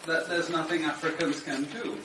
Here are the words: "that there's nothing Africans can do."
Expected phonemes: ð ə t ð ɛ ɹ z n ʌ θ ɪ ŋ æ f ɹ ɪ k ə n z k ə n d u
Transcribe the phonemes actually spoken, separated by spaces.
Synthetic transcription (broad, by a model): ð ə t ð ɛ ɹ z n ʌ θ ɪ ŋ æ f ɹ ɪ k ə n z k ə n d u